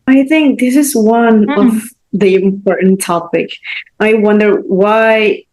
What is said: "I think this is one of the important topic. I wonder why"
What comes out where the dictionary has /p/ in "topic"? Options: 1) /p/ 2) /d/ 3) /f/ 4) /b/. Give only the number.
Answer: 1